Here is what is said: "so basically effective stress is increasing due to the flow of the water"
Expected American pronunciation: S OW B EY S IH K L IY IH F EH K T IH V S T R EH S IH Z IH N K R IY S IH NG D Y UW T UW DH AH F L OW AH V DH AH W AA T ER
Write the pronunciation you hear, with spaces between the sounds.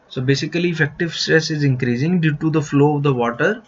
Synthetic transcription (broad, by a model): S OW B EY S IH K L IY IH F EH K T IH V S T R EH S IH Z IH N K R IY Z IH NG D Y UW T UW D AH F L OW AH V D AH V AA T ER